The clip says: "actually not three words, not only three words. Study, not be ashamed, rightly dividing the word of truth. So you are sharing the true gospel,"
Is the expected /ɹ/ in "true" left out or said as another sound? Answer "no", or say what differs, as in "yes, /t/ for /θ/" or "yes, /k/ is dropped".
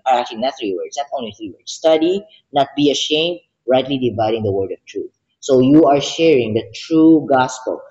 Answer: no